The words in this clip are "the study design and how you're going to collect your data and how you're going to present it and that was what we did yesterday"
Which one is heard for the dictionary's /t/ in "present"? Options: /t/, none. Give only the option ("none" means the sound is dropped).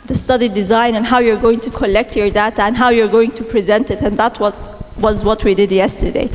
/t/